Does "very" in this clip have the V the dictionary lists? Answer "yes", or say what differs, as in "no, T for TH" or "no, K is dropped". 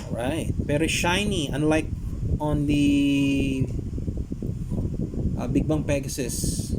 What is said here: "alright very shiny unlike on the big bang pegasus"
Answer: no, P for V